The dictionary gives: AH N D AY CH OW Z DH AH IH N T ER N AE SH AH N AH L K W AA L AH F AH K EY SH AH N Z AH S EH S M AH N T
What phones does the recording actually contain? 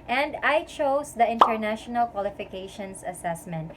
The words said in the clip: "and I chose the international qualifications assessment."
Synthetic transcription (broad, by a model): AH N D AY CH OW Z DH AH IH N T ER N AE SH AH N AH L K W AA L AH F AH K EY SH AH N S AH S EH S M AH N T